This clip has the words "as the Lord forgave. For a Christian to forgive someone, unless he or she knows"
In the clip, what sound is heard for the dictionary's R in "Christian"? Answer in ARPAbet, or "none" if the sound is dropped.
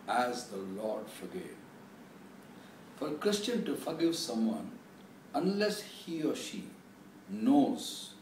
R